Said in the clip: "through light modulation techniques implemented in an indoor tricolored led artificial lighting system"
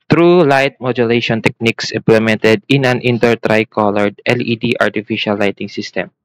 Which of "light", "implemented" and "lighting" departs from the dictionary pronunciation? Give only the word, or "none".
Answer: none